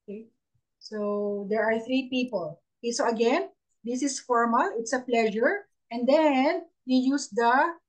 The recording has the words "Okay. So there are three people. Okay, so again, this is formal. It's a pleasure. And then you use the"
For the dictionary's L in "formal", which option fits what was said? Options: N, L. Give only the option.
L